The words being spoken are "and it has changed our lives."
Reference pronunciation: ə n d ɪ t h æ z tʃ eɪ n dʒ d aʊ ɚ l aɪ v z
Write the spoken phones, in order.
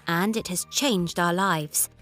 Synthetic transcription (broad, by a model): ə n d ɪ t h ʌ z tʃ eɪ n dʒ d aʊ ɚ l aɪ v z